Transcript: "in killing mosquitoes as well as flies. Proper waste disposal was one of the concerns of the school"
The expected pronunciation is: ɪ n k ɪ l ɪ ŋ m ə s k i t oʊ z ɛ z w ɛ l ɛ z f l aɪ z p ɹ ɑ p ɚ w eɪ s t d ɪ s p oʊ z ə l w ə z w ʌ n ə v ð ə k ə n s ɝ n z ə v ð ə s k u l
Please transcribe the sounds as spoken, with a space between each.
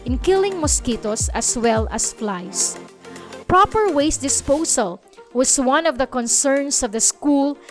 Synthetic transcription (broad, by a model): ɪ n k ɪ l ɪ ŋ m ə s k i t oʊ s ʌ s w ɛ l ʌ s f l aɪ s p ɹ ɑ p ɚ w eɪ s d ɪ s p oʊ s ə l w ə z w ʌ n ə v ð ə k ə n s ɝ n s ə v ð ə s k u l